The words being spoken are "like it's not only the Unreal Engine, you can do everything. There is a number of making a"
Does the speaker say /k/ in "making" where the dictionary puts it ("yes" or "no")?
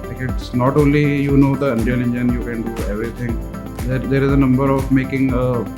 yes